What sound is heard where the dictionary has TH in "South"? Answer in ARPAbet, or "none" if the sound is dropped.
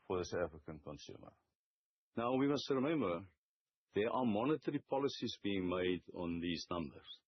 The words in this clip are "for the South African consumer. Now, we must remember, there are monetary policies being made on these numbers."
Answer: T